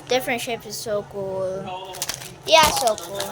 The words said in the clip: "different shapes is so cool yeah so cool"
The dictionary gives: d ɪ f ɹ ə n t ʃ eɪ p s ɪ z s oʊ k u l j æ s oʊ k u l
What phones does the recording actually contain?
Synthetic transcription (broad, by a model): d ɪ f ɹ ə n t ʃ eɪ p ɪ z s oʊ k u l j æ s oʊ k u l